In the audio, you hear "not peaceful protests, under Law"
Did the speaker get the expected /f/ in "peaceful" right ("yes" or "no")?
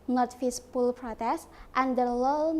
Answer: no